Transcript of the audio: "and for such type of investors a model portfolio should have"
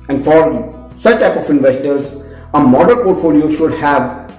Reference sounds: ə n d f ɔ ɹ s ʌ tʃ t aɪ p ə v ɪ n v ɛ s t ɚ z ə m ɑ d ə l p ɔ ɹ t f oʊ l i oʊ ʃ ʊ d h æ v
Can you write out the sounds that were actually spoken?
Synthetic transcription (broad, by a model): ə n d f ɔ ɹ s ʌ tʃ t aɪ p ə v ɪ n v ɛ s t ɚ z ə m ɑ d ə n p ɔ ɹ t f oʊ l i oʊ ʃ ʊ d h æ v